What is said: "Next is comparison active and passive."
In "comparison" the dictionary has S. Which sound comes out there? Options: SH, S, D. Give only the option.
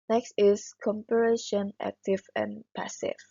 SH